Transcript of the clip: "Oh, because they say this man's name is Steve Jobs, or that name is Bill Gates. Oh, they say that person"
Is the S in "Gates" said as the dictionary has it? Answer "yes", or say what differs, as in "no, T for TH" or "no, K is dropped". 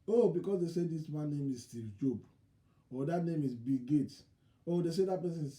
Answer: no, S is dropped